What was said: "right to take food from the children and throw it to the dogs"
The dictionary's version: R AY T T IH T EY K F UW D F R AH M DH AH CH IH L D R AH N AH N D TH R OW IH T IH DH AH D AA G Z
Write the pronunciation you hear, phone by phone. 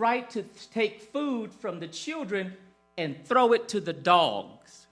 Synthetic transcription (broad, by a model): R AY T T IH T EY K F UW D F R AH M DH AH CH IH L D R AH N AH N TH R OW IH T IH DH AH D AA G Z